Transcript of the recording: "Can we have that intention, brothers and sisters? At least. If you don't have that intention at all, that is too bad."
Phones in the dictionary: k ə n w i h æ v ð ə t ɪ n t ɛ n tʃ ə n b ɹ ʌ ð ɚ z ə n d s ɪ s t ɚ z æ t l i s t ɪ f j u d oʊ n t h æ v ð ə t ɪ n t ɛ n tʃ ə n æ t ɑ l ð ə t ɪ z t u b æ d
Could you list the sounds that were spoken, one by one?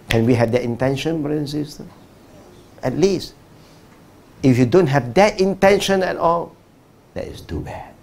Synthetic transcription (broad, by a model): k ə n w i h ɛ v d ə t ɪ n t ɛ n ʃ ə n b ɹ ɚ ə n s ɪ s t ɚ ɛ t l i s t ɪ f j u d oʊ n t h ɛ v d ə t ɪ n t ɛ n ʃ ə n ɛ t ɑ l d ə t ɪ s t u b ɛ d